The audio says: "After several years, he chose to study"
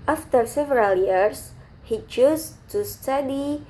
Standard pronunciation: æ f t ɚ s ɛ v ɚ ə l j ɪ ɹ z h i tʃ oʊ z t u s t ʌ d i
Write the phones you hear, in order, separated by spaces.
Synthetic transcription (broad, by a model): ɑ f t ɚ s ɛ v ɚ ə l j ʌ ɹ s h i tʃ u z t u s t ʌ d i